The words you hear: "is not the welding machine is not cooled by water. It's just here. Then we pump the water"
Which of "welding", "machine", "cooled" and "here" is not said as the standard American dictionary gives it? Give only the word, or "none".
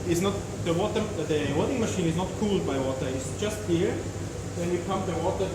welding